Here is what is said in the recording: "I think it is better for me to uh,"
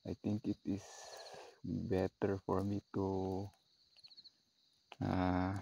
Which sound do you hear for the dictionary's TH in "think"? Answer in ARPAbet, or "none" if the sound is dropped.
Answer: T